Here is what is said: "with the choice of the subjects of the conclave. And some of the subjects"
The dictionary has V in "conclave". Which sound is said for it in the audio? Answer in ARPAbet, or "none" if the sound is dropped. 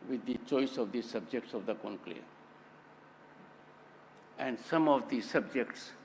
none